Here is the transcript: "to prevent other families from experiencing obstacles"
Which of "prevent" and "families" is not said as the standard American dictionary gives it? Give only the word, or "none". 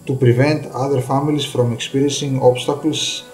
families